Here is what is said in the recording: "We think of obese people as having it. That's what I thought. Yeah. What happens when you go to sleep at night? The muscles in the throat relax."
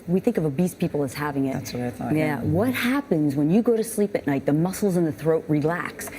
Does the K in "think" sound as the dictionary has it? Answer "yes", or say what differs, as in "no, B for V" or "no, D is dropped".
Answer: yes